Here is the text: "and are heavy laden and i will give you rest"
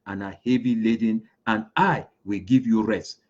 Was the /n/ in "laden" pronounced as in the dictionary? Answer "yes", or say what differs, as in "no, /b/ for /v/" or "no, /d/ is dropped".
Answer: yes